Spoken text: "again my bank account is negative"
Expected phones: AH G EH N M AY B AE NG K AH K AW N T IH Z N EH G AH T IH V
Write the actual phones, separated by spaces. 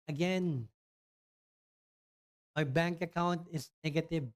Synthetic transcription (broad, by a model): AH G EH N M AY B AE NG K AH K AW N T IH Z N EH G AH T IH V